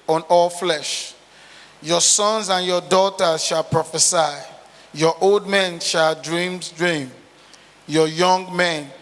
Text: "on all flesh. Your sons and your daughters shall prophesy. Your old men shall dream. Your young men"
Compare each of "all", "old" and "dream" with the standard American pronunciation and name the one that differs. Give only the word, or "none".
none